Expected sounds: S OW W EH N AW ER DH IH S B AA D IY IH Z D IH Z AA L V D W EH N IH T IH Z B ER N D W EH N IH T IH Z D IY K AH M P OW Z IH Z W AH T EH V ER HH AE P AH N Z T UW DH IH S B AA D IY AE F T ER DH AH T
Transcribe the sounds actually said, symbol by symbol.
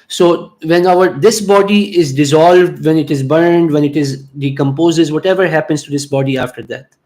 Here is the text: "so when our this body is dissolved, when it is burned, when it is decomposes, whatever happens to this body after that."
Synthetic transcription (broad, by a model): S OW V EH N AW ER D IH S B AA D IY IH Z D IH Z AA L V D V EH N IH T IH Z B ER N D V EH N IH T IH Z D IY K AH M P OW Z IH Z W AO T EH V ER HH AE P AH N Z T UW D IH S B AA D IY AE F T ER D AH T